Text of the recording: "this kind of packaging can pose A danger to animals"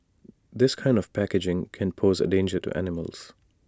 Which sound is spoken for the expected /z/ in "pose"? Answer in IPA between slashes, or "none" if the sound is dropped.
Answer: /z/